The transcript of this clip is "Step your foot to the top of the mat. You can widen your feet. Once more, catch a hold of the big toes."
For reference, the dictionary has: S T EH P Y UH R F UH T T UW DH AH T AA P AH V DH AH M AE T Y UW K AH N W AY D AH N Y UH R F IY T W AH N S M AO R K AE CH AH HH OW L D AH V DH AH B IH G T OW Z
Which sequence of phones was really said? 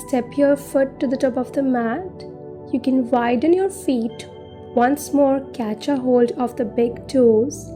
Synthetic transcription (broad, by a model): S T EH P Y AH R F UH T T UW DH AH T AA P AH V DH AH M AE T Y UW K AH N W AY D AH N Y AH R F IY T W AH N S M AO R K AE CH AH HH OW L D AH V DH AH B IH G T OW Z